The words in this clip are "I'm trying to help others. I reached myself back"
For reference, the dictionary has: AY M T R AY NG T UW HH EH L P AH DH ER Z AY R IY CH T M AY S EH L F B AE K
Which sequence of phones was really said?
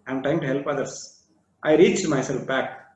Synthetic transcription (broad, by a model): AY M T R AY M T UW HH EH L P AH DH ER S AY R IY CH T M AY S EH L F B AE K